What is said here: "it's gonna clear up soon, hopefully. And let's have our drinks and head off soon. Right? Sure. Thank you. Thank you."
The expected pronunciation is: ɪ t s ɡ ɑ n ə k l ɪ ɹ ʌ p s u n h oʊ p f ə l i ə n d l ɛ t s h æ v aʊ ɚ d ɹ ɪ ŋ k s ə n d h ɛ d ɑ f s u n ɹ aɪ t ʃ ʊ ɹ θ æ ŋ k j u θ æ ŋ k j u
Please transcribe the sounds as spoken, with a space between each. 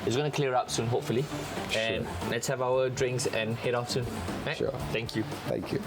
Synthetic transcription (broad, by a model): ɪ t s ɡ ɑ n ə k l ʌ ɹ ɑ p s u n h oʊ p f ə l i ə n l ɛ t s h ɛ v aʊ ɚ d ɹ ɪ ŋ k s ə n h ɛ d ɑ f s u n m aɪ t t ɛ ŋ k j u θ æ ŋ k j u